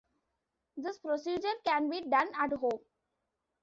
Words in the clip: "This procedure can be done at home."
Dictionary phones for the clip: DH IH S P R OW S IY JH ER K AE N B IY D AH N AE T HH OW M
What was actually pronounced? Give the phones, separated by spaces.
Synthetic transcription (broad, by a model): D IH S P R OW S IY JH ER K AE N B IY D AH N AE T HH OW M